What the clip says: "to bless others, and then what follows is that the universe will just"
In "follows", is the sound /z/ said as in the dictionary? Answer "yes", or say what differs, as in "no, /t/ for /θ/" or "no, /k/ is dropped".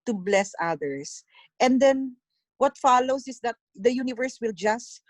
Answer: no, /s/ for /z/